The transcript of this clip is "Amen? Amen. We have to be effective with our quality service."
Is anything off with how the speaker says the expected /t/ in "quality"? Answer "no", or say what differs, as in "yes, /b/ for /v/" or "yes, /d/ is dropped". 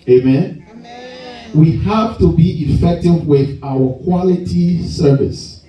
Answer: no